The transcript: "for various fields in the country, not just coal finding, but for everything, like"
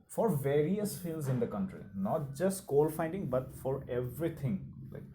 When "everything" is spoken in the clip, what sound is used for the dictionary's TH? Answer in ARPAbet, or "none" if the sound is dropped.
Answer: T